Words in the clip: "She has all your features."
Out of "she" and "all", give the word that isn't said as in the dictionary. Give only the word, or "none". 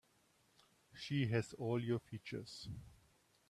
none